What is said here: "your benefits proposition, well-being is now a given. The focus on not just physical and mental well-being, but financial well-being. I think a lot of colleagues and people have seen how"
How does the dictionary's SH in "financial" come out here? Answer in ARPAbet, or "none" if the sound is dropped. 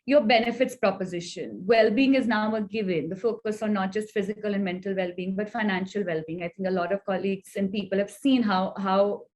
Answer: SH